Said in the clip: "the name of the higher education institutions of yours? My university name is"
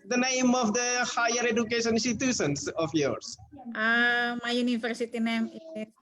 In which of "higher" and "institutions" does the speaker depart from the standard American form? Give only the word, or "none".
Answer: institutions